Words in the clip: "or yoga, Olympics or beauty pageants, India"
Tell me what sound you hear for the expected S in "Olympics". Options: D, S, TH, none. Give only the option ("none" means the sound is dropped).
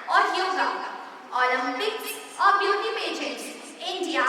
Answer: none